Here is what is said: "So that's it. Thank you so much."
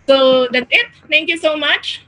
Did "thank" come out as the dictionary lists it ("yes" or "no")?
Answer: no